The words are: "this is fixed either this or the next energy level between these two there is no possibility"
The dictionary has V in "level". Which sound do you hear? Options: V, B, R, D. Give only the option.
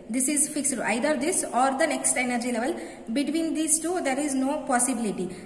V